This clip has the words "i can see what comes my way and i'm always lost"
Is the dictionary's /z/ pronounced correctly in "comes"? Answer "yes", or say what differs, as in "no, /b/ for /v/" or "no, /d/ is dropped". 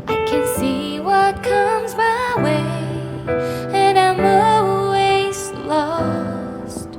yes